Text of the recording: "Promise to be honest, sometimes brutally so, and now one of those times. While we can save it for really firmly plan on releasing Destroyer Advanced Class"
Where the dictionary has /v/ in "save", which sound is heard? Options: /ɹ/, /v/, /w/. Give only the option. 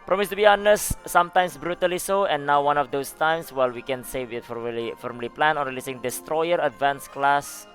/w/